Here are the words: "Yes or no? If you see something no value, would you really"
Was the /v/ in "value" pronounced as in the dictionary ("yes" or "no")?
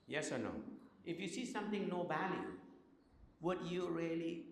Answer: no